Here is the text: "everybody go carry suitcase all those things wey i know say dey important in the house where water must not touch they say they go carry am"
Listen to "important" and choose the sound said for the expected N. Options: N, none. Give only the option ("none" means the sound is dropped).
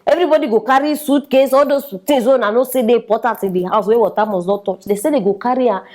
none